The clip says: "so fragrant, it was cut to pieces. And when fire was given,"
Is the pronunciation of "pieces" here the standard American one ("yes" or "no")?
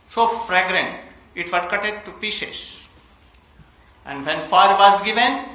no